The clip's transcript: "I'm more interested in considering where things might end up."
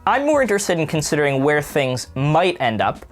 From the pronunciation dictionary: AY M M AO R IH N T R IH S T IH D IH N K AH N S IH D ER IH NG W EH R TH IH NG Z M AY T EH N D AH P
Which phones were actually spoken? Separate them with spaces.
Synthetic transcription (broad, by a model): AY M M AO R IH N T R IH S T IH D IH N K AH N S IH D ER IH NG W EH R TH IH NG Z M AY T EH N D AH P